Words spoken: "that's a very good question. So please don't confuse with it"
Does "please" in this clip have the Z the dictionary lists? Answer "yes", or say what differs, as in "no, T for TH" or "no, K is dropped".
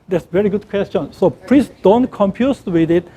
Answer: no, S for Z